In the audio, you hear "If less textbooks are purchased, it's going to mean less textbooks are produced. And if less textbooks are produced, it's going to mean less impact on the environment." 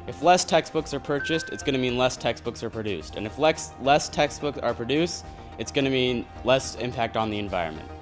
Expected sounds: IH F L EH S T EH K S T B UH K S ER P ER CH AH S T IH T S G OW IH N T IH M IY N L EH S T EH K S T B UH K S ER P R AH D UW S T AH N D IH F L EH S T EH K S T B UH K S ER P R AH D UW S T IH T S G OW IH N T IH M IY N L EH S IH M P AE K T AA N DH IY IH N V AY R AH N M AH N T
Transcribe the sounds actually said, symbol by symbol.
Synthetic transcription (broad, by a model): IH F L EH S T EH K S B UH K S ER P ER CH AH S T IH T S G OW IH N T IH M IY N L EH S T EH K S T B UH K S ER P R AH D UW S T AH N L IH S L EH S T EH K S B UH K S ER P R AH D UW S T IH T S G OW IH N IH M IY N L EH S IH M P AE K T N DH IY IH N V AY R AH N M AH N T